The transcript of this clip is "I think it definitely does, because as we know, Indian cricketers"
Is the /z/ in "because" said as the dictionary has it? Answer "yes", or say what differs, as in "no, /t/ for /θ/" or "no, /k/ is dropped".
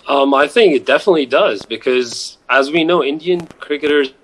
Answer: yes